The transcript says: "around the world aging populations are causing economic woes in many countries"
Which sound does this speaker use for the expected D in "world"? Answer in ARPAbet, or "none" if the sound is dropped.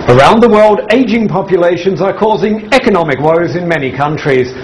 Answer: D